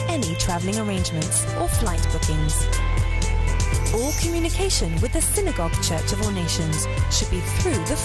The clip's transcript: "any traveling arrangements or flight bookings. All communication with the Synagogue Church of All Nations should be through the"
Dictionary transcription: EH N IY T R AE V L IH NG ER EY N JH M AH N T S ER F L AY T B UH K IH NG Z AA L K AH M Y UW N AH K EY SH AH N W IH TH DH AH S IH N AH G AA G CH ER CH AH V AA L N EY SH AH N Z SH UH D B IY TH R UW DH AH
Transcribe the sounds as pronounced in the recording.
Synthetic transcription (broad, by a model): EH N IY T R AE V L IH NG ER EY N JH M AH N T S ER F L AY T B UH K IH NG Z AA L K AH M Y UW N AH K EY SH AH N W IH DH AH S IH N AH G AA G CH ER CH AH V AA L N EY SH AH N Z SH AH D B IY TH R UW DH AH